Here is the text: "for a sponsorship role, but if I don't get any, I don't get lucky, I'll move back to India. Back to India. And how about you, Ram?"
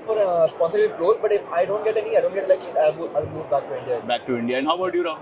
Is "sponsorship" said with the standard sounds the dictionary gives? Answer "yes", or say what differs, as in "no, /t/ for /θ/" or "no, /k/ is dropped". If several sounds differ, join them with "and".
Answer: no, /ʃ/ is dropped